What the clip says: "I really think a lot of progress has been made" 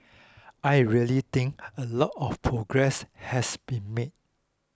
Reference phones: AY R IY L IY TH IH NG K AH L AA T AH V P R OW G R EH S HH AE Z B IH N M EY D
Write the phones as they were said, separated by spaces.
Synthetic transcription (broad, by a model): AY R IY L IY T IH NG K AH L AA T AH F P R OW G R EH S HH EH S B IH N M EY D